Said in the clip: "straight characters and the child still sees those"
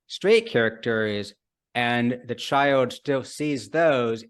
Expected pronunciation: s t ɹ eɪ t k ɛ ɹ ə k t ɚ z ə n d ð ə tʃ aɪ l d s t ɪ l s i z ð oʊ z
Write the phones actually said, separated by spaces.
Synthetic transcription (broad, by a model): s t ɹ eɪ t k ɛ ɹ ə k t ɚ z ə n ð ə tʃ aɪ l d s t ɪ l s i z ð oʊ z